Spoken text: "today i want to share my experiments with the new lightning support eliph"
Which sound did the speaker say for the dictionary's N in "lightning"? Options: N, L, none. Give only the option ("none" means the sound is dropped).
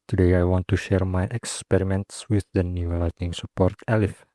none